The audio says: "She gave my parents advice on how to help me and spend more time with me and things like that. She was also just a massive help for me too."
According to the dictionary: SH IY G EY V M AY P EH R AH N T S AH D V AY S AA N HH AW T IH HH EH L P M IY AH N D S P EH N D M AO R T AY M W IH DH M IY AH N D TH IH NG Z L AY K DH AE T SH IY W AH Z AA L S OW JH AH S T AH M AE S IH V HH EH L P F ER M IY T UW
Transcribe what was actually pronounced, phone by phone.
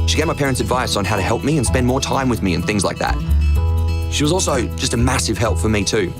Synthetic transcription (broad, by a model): SH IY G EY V M AY P EH R AH N T S AH D V AY S N HH AW T IH HH EH L P M IY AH N S P EH N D M AO R T AY M W IH DH M IY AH N TH IH NG Z L AY K DH AE T SH IY W AH Z AA L S OW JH AH S T AH M AE S IH V HH EH L P F ER M IY T UW